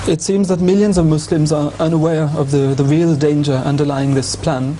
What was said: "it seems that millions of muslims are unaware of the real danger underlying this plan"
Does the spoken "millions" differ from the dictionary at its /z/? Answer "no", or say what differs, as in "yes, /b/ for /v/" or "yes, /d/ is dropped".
no